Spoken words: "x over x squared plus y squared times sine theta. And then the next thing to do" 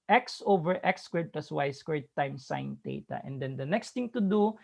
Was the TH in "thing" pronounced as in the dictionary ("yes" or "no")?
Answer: no